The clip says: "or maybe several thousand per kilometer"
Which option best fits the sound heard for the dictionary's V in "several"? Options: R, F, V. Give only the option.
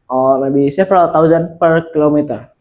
F